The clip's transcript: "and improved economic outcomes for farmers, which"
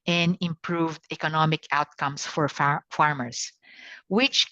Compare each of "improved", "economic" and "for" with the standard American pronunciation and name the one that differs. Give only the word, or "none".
none